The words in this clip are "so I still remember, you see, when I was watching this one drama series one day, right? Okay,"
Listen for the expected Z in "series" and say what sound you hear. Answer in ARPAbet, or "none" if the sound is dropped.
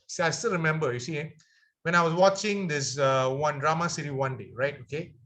none